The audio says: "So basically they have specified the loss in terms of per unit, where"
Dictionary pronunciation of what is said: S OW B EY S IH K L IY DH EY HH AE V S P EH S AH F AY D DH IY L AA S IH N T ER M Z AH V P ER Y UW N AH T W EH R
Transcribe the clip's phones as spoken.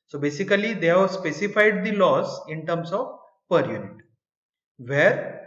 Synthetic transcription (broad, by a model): S OW B EY S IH K L IY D EY HH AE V S P EH S AH F AY D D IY L AA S IH N T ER M S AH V P ER Y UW N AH T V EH R